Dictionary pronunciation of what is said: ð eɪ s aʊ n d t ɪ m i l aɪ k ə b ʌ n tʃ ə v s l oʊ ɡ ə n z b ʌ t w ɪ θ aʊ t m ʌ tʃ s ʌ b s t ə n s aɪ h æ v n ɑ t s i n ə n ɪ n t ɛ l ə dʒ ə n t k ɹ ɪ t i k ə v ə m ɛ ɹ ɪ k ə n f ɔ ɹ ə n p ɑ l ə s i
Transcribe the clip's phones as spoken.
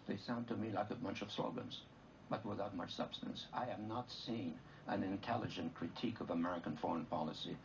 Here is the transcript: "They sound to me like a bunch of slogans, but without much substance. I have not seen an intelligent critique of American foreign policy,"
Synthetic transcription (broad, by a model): ð eɪ s aʊ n t ɪ m i l aɪ k ə b ʌ n tʃ ə v s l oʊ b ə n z b ʌ t w ɪ θ aʊ t m ʌ tʃ s ʌ b s t ə n s aɪ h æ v n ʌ t s i n ə n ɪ n t ɛ l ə dʒ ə n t k ɹ ɪ t i k ə v ə m ɛ ɹ ɪ k ə n f ɔ ɹ ə n p ɑ l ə s i